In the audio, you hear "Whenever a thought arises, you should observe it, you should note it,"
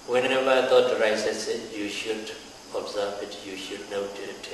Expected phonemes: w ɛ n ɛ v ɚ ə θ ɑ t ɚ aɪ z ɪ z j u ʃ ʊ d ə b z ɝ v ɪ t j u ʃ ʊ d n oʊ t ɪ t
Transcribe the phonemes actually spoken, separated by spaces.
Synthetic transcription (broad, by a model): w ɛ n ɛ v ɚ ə t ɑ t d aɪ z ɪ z j u ʃ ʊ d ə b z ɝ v ɪ t j u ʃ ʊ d n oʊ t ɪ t